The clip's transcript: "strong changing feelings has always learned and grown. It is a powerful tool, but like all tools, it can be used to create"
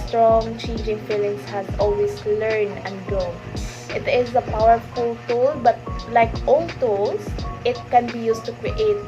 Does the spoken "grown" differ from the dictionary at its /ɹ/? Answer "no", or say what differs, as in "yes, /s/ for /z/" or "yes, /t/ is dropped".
yes, /ɹ/ is dropped